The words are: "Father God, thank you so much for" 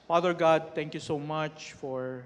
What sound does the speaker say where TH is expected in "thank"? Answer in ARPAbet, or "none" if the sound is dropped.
T